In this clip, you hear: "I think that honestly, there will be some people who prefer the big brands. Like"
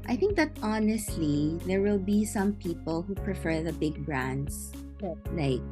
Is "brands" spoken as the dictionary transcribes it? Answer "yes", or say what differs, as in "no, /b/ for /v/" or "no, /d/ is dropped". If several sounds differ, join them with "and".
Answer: no, /s/ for /z/